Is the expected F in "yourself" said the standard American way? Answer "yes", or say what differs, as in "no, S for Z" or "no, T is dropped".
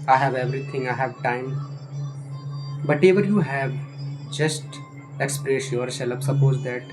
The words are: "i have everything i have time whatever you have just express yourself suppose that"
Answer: no, P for F